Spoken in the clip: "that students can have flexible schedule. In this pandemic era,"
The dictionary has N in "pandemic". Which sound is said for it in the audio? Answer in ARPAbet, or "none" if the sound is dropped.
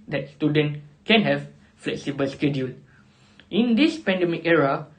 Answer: N